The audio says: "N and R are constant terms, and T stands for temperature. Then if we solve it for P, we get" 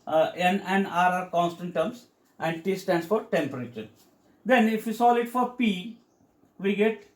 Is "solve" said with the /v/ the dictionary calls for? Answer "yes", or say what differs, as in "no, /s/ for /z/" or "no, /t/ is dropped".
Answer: no, /v/ is dropped